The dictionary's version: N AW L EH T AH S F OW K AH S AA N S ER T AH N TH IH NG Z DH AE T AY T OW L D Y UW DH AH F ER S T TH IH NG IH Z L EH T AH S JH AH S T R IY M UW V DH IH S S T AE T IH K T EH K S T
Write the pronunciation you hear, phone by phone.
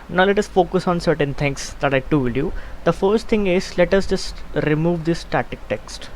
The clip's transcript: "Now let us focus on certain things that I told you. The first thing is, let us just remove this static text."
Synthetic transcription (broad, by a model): N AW L EH T AH S F OW K AH S AA N S ER T AH N T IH NG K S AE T AY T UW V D Y UW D AH F ER S T T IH NG IH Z L EH T AH S JH AH S T R IY M UW V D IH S S T AE T IH K T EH K S T